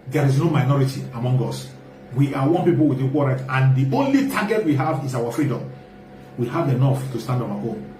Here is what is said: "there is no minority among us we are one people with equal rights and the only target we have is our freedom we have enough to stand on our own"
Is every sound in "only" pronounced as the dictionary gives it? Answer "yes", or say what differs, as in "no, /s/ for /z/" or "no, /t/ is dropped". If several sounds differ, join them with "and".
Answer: yes